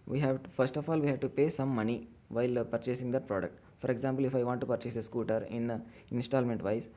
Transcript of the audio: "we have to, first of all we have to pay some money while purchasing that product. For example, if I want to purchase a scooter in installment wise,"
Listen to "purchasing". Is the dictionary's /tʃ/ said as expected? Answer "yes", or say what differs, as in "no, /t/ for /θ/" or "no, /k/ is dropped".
yes